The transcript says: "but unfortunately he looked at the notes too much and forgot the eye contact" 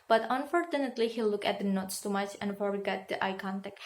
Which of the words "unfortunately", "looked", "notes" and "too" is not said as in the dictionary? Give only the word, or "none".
looked